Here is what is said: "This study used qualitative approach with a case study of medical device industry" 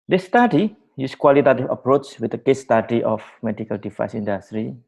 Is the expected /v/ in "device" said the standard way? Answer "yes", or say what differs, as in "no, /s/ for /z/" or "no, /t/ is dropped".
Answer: no, /f/ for /v/